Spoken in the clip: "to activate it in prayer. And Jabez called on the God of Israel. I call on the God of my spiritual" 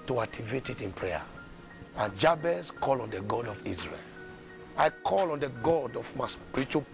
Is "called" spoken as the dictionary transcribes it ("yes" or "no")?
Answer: no